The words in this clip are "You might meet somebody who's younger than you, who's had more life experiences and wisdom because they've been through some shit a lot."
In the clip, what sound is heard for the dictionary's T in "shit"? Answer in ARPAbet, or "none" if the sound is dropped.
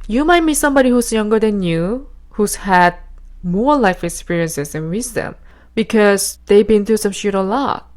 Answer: T